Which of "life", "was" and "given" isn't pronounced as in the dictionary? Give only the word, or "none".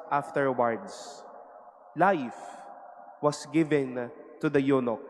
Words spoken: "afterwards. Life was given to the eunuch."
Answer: was